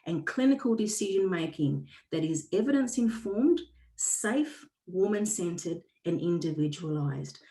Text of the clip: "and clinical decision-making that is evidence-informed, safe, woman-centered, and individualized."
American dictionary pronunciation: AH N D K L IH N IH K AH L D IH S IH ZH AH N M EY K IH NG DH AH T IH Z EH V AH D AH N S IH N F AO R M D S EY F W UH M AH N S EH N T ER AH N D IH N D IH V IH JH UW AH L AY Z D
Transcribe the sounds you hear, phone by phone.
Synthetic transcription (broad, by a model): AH N K L IH N IH K AH L D IH S IH ZH AH N M EY K IH NG DH AH T IH Z EH V AH D AH N S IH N F AO R M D S EY F W UH M AH N S EH N T ER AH N IH N D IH V IH JH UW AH L AY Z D